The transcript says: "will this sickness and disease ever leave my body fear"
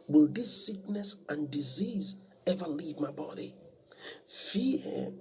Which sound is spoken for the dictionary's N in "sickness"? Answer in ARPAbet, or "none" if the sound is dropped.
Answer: N